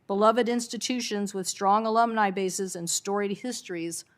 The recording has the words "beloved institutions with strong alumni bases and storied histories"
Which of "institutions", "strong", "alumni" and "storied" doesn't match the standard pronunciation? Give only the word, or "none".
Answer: none